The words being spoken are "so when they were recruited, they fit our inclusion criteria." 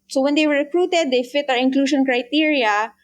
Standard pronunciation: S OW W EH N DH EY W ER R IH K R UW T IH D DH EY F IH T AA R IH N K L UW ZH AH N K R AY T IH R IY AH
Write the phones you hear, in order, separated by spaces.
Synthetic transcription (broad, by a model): S OW W EH N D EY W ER R IH K R UW T IH D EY F IH T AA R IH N K L UW SH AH N K R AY T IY R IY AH